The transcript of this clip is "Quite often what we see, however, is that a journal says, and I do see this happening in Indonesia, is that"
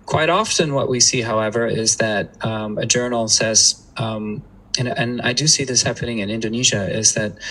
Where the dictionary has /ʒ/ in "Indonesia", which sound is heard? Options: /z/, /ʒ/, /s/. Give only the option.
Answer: /ʒ/